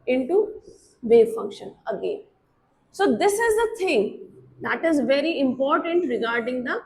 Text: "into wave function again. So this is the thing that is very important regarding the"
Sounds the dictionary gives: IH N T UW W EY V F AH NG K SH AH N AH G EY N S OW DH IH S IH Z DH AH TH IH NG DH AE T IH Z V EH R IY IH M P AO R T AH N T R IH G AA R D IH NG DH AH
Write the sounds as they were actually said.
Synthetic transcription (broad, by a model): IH N T UW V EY F AH NG K SH AH N AH G EY N S OW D IH S IH Z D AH T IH NG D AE T IH Z V EH R IY IH M P AO R T AH N T R IH G AA R D IH NG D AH